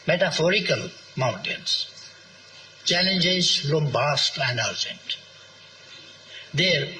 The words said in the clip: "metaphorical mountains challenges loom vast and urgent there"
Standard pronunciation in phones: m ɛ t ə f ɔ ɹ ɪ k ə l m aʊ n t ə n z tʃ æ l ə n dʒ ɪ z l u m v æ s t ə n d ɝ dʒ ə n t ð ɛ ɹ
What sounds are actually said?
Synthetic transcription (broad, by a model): m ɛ t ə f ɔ ɹ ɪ k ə l m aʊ n t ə n s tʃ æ l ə n dʒ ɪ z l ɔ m b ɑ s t ə n d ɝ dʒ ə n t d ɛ ɹ